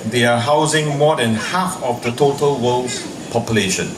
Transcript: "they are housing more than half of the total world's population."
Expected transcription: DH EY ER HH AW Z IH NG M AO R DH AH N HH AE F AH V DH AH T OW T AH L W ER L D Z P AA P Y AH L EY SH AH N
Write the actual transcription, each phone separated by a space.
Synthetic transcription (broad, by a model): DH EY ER HH AW Z IH NG M AO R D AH N HH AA F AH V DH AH T OW T AH L W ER L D P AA P Y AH L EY SH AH N